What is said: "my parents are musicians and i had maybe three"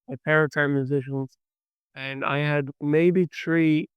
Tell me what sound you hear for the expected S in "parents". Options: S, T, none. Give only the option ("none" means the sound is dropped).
none